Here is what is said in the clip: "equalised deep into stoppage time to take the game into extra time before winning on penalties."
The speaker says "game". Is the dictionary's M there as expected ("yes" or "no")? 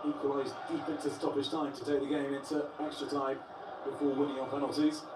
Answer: yes